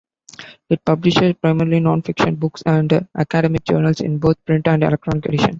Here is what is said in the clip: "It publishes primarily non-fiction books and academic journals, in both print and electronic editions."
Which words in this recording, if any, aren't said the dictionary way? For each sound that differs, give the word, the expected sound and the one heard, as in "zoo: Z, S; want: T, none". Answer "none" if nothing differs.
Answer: both: TH, T; editions: Z, none